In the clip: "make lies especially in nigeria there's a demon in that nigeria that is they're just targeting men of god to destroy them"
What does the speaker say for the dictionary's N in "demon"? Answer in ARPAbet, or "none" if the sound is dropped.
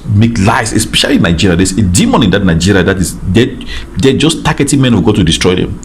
N